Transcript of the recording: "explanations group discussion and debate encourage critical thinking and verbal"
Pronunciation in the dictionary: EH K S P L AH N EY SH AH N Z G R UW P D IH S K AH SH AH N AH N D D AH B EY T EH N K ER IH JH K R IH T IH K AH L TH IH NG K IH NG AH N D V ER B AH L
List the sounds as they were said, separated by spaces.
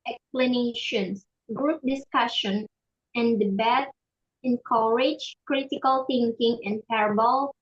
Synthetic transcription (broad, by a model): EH K S P L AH N EY SH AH N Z G R UW P D IH S K AH SH AH N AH N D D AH B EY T EH N K ER IH JH K R IH T IH K AH L TH IH NG K IH NG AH N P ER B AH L